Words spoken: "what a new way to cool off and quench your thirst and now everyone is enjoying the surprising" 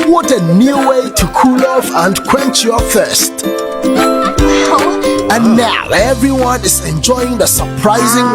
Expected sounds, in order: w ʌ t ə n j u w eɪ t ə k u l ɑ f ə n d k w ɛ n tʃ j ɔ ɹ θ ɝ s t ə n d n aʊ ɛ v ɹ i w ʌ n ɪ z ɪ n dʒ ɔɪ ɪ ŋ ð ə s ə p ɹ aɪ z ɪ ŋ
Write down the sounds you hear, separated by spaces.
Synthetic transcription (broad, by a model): w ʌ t ə n j u w eɪ t ə k u l ɑ f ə n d k w ɛ n tʃ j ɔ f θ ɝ s t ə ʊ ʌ n aʊ ɛ v ɹ i w ʌ n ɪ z ɪ n dʒ ɔɪ ɪ ŋ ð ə s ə p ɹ aɪ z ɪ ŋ